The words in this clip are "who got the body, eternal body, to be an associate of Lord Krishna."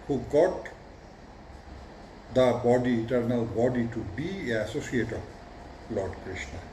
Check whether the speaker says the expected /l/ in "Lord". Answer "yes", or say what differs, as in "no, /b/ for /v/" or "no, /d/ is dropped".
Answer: yes